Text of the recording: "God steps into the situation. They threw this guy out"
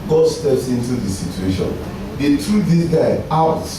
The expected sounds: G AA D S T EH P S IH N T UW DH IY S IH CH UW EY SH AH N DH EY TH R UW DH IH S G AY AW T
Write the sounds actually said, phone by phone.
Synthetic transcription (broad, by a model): G AA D S T EH P S IH N T UW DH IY S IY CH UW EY SH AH N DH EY T R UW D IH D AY AW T